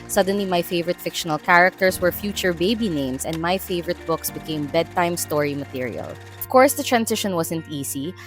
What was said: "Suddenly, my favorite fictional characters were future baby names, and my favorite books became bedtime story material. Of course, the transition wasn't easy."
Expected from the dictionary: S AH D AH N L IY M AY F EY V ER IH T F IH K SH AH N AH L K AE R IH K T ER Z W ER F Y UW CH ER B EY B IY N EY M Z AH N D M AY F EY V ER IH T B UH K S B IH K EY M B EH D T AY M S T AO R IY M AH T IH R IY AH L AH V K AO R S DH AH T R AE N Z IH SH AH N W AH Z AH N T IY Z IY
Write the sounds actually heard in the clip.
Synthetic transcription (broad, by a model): S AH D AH N L IY M AY F EY V ER IH T F IH K SH AH N AH L K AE R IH K T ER S W ER F Y UW CH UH B EY B IY N EY M S AH N D M AY F EY V ER IH T B UH K S B IH K EY M B EH D T AY M S T AO R IY M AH T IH R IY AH L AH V K AO R S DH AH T R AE N S IH SH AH N W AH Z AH N T IY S IY